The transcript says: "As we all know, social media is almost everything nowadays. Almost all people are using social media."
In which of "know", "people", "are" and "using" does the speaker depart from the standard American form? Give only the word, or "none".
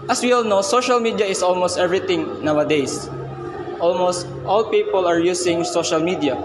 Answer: using